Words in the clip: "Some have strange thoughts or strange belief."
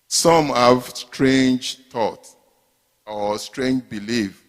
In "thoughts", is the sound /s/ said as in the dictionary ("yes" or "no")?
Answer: no